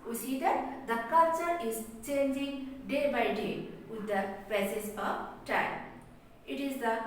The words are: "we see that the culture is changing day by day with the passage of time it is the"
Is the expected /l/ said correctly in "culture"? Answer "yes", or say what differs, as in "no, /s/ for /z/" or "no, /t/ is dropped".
no, /l/ is dropped